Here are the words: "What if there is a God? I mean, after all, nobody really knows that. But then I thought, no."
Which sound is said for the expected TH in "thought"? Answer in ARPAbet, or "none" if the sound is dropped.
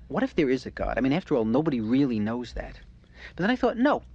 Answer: TH